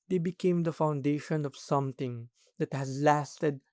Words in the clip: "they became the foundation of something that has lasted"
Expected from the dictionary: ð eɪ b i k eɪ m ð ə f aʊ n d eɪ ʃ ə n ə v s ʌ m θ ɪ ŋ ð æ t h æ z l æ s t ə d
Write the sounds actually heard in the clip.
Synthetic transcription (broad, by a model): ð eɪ b i k eɪ m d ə f aʊ n d eɪ ʃ ə n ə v s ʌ m t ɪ ŋ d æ t h æ z l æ s t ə d